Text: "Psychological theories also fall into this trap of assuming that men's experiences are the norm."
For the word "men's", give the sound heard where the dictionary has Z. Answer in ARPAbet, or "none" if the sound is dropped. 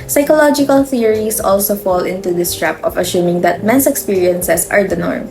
S